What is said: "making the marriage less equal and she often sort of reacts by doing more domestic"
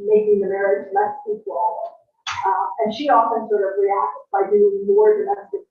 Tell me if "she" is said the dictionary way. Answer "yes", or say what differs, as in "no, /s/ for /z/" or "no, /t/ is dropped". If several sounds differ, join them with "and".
yes